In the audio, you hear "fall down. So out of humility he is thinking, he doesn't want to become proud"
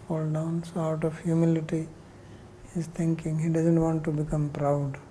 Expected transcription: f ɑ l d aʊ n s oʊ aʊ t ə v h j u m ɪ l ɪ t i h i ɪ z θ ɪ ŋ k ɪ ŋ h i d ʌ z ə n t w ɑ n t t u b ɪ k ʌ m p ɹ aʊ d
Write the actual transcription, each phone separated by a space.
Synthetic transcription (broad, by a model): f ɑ l d aʊ n s oʊ aʊ t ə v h j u m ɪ l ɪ t i h i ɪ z t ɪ ŋ k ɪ ŋ h i d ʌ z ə n t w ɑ n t t u b ɪ k ʌ m p ɹ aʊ d